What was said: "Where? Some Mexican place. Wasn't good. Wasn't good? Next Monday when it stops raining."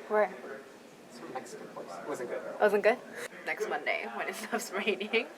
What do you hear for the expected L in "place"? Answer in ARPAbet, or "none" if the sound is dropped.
none